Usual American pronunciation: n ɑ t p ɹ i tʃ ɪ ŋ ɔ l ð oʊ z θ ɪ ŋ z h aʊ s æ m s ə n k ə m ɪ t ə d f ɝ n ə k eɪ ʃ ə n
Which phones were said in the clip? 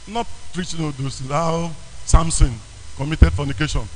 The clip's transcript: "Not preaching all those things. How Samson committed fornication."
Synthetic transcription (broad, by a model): n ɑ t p ɹ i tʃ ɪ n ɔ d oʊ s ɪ z h aʊ s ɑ m s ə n k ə m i t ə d f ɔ n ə k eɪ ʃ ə n